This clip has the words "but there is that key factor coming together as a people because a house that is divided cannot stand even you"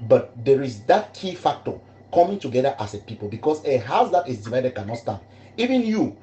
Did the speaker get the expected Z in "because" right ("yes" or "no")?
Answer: no